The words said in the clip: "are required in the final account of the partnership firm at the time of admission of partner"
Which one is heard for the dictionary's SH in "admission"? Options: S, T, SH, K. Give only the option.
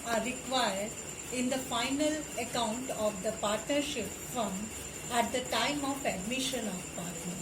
SH